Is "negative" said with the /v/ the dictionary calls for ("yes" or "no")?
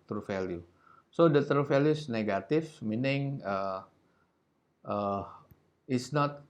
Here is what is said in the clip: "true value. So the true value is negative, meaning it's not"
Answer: no